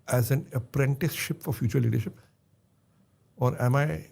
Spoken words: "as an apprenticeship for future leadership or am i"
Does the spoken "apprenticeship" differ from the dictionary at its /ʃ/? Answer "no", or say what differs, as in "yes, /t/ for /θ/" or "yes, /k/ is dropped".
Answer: no